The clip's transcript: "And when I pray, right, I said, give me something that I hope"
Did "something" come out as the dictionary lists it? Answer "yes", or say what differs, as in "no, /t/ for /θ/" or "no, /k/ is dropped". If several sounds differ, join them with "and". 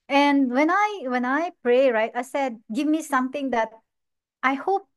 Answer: no, /t/ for /θ/